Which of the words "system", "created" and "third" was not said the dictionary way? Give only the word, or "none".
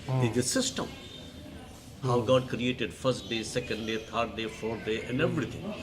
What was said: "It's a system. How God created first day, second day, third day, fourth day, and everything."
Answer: third